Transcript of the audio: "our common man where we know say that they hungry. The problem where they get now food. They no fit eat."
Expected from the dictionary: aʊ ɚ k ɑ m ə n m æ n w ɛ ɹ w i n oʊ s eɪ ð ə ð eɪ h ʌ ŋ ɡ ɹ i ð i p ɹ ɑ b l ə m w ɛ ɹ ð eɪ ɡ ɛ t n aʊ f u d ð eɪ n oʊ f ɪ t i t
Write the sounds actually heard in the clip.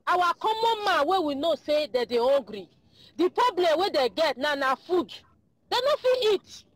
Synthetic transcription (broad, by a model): aʊ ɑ k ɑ m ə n m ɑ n w ɛ w i n oʊ s eɪ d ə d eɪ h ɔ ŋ ɡ ɹ i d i p ɹ ɑ b l ə m w ɛ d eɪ ɡ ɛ t n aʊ f u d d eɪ n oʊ f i i t